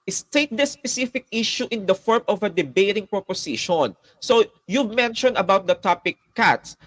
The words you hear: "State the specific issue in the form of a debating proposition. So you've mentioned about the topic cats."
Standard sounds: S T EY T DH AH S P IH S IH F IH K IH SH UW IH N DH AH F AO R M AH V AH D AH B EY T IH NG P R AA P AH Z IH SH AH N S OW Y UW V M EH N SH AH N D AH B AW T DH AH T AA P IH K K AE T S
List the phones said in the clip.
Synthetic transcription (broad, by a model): S T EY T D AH S P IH S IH F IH K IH SH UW IH N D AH F AO R M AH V AH D AH B EY T IH NG P R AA P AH S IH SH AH N S OW Y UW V M EH N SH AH N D AH B AW T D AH T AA P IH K K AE T S